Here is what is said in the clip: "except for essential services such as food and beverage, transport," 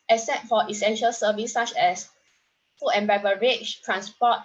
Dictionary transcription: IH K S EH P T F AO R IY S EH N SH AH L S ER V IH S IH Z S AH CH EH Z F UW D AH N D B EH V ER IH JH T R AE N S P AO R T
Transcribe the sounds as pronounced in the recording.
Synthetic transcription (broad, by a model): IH S EH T F AO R IY S EH N SH AH L S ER V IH S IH CH EH S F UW AH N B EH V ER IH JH T R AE N S P AO T